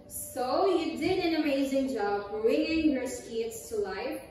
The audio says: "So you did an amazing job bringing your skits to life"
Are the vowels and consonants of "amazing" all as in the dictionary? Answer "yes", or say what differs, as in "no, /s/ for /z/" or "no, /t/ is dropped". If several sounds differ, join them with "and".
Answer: yes